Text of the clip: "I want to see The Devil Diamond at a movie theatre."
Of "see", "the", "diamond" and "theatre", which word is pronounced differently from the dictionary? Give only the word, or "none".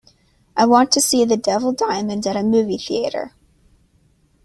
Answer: none